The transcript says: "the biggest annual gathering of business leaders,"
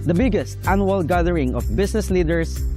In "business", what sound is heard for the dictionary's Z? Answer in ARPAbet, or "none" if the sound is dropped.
S